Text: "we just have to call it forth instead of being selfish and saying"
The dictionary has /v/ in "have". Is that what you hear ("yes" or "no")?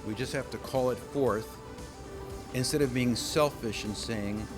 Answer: no